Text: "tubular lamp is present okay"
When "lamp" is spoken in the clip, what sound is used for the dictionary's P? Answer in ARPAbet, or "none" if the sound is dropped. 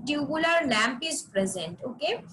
P